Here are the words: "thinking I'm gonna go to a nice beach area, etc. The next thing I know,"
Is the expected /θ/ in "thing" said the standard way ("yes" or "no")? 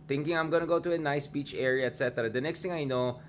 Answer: no